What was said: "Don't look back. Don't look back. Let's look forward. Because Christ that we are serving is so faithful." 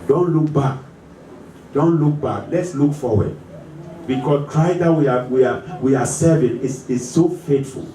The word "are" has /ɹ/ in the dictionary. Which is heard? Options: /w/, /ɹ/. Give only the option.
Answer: /w/